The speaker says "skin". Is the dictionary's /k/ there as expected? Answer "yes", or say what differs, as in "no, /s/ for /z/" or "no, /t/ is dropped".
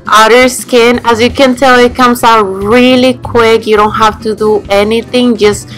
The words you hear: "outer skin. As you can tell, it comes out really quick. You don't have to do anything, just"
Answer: yes